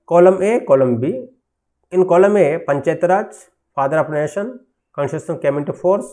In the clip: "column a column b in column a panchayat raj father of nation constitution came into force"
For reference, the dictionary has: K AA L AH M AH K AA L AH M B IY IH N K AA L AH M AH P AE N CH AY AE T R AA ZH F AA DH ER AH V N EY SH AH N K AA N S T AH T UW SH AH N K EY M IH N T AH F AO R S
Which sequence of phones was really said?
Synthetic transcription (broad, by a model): K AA L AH M AH K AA L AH M B IY IH N K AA L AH M AH P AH N CH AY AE T R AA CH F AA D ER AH P N EY SH AH N K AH N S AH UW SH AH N K EY M IH N T AH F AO R S